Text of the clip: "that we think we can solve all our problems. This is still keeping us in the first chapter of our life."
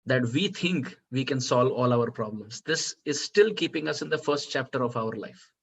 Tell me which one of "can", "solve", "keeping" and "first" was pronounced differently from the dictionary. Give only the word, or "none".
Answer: none